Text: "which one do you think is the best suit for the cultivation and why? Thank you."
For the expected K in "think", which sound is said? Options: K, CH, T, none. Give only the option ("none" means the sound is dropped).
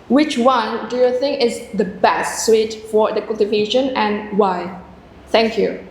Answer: K